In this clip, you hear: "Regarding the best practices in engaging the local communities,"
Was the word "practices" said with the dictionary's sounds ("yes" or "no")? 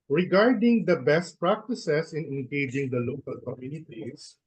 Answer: no